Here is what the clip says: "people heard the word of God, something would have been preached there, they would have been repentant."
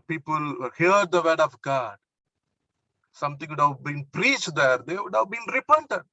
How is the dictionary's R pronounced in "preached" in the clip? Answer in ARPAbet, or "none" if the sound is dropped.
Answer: R